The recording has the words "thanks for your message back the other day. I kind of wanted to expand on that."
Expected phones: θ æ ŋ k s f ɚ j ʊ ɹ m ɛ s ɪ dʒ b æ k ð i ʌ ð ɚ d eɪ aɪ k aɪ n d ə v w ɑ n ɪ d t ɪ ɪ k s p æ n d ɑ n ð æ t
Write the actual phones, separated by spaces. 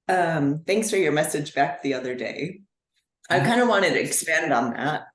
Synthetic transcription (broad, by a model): θ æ ŋ k s f ɚ j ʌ ɹ m ɛ s ɪ dʒ b æ k ð i ʌ ð ɚ d eɪ aɪ k aɪ n d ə w ɑ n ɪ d t ɪ ɪ k s p æ n d n ð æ t